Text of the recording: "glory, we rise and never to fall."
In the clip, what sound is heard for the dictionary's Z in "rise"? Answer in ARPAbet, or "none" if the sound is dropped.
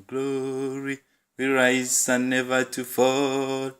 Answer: S